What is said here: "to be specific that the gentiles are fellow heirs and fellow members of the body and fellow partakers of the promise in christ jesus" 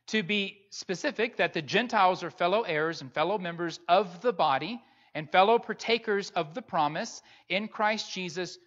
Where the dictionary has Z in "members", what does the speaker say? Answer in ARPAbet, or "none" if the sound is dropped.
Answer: Z